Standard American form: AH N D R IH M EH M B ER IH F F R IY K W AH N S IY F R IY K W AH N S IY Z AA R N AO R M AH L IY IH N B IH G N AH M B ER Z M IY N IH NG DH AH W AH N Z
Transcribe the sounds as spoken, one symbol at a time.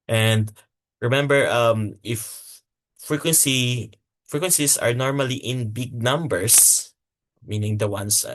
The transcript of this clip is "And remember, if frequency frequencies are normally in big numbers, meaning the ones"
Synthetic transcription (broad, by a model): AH N D R IH M EH M B ER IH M F R IY K W AH N S IY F R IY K W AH N S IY S AA R N AO R M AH L IY IH N B IH G N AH M B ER S M IY N IH NG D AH W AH N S